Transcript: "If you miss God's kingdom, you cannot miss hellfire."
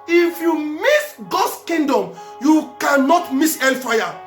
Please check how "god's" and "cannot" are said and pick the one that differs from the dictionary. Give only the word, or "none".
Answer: god's